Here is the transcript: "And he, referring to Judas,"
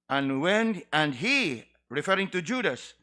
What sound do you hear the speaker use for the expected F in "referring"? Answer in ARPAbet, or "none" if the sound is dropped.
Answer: F